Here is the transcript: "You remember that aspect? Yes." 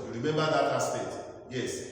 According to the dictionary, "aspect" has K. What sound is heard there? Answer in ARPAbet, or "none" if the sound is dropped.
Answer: none